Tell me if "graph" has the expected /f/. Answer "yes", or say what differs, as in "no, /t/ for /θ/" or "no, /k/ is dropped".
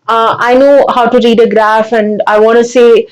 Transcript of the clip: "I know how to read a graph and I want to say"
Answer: yes